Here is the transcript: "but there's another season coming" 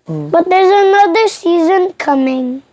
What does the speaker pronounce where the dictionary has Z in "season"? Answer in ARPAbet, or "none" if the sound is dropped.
Z